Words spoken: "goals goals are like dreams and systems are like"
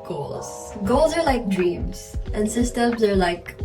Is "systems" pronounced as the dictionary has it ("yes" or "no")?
yes